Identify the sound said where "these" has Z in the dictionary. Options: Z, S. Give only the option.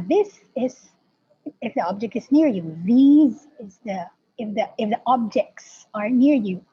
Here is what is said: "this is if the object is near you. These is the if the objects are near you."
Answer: Z